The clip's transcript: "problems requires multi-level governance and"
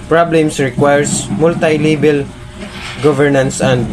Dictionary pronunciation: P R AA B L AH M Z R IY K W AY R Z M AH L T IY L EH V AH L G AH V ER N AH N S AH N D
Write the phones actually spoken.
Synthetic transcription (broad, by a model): P R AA B L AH M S R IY K W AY R S M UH L T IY L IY B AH L G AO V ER N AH N S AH N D